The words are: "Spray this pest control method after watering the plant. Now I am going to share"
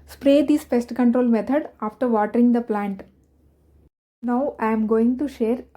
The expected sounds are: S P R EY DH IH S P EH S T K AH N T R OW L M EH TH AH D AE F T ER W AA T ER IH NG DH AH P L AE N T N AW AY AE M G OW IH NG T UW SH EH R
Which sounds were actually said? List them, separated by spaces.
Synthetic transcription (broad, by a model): S P R EY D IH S F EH S T K AH N T R OW L M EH T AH D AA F T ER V AA T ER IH NG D AH P L AE N T N AW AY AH M G OW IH NG T UW SH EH R